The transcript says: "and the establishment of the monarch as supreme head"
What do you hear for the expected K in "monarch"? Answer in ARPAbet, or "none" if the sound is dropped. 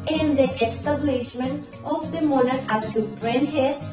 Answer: none